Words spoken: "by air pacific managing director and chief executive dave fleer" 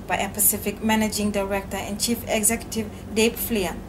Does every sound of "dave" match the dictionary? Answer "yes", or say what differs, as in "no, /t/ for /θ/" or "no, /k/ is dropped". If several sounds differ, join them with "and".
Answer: no, /p/ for /v/